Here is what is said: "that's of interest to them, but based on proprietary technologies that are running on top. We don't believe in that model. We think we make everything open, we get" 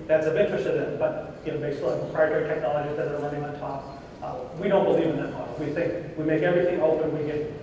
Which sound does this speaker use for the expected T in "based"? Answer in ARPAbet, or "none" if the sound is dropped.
none